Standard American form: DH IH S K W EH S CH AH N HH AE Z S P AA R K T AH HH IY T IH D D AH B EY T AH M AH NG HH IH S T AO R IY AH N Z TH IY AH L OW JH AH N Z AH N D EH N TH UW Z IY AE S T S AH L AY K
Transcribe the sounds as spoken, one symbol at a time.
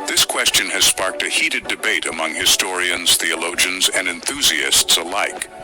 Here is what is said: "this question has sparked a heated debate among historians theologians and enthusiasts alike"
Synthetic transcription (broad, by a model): DH IH S K W EH S CH AH N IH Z S P AA R K T AH HH IY T IH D D AH B EY T AH M AH NG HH IH S T AO R IY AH N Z TH IY AH L OW JH AH N Z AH N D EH N TH UW Z IY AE S T S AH L AY K